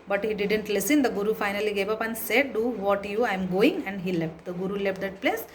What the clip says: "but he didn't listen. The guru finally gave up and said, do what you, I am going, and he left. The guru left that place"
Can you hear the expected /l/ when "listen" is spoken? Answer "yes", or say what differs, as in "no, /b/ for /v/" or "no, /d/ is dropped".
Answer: yes